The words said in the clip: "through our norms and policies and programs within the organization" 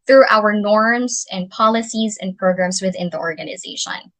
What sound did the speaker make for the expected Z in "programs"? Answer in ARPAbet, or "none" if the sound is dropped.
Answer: Z